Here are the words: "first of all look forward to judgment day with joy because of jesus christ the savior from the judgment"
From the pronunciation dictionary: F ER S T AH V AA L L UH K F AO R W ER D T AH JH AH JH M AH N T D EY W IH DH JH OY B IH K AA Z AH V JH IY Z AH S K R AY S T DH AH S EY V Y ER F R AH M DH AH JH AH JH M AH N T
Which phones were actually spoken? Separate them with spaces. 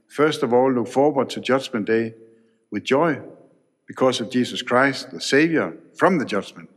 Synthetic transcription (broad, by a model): F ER S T AH V AA L L UH K F AO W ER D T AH JH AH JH M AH N D EY W IH DH JH OY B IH K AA S AH V JH IY S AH S K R AY S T DH AH S EY V Y ER F R AH M DH AH JH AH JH M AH N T